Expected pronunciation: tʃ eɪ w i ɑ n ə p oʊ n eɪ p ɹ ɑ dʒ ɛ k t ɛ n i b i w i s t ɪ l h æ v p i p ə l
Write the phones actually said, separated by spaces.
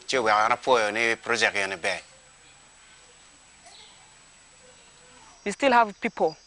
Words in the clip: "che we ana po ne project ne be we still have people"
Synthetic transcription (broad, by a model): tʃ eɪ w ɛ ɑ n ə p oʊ n eɪ p ɹ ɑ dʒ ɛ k ɛ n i b i w i s t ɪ l h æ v p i p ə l